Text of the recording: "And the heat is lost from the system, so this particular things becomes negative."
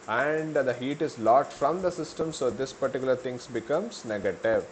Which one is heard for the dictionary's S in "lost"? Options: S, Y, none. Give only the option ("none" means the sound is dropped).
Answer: none